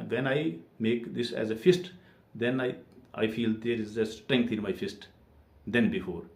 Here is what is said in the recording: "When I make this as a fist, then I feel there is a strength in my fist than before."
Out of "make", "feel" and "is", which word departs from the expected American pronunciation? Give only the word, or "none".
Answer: none